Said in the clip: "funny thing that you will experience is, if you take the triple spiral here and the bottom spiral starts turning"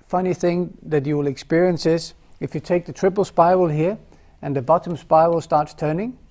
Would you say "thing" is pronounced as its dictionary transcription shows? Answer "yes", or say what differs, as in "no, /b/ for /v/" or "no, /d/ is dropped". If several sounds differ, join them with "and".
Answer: yes